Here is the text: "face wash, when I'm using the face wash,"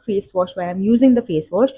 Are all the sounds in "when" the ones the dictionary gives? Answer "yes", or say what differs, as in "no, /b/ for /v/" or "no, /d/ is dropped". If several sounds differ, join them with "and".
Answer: no, /n/ is dropped